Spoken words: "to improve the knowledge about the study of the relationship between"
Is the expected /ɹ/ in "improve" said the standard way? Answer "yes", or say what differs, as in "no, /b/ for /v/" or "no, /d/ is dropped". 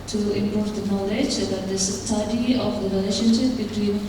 no, /ɹ/ is dropped